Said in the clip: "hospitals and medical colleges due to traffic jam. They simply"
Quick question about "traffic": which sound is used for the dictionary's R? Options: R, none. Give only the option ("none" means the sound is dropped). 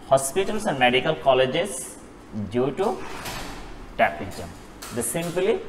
none